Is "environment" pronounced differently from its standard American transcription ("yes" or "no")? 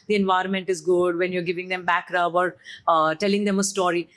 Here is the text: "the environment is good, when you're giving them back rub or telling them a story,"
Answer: no